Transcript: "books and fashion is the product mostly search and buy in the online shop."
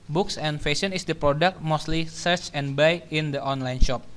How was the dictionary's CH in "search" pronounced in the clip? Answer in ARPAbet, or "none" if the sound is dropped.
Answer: CH